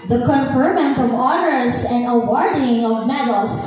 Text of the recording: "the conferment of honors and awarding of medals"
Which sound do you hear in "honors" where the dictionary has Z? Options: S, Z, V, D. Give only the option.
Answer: S